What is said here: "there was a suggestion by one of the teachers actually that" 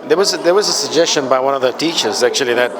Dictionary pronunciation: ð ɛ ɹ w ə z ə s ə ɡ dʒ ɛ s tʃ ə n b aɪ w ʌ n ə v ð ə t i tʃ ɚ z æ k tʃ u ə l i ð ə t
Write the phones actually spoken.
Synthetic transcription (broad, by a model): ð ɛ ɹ w ə z ə s ə ɡ dʒ ɛ s tʃ ə n b aɪ w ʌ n ə v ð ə t i tʃ ɚ z æ k tʃ u ə l i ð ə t